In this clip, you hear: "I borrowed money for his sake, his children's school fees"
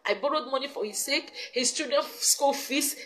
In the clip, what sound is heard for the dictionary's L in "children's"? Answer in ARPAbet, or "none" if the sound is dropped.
none